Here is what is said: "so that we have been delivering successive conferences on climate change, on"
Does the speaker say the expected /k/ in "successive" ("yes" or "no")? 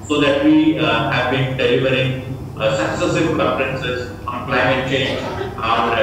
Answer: yes